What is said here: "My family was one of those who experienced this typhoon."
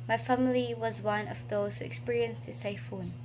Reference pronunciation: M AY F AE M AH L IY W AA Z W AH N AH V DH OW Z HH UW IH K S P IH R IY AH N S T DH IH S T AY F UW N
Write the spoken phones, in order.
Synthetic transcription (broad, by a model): M AY F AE M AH L IY W AA Z W AH N AH V DH OW Z HH UW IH K S P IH R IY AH N S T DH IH S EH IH F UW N